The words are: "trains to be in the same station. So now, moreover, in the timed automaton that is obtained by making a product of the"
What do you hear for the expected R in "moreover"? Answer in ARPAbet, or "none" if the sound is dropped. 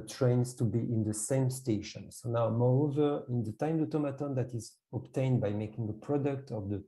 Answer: R